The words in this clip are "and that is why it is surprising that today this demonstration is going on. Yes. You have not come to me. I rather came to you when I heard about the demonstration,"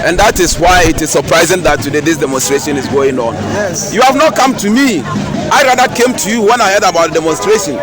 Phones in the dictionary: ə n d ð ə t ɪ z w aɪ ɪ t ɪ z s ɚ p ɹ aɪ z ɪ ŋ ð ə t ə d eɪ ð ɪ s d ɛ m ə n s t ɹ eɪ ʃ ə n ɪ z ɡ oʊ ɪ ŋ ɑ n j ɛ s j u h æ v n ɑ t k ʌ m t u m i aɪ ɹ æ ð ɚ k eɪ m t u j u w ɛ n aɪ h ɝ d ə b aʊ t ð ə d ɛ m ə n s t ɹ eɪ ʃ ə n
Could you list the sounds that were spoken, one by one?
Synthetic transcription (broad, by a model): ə n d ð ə t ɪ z w aɪ ɪ t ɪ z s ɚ p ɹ aɪ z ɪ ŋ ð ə t ə d eɪ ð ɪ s d ɛ m ə n s t ɹ eɪ ʃ ə n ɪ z ɡ oʊ ɪ ŋ ɑ n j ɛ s j u h æ v n ɑ t k ʌ m t u m i aɪ ɹ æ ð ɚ k eɪ m t u j u w ɛ n aɪ h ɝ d ə b aʊ t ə d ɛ m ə n s t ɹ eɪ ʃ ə n